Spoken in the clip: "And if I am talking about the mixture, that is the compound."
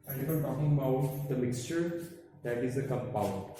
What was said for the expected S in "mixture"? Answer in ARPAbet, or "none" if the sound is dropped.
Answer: S